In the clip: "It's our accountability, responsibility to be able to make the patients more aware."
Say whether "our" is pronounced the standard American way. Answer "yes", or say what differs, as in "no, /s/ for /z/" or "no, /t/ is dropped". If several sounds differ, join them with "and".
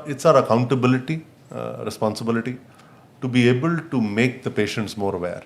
yes